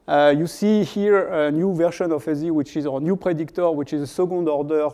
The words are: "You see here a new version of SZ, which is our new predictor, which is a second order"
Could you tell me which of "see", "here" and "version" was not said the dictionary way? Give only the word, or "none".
version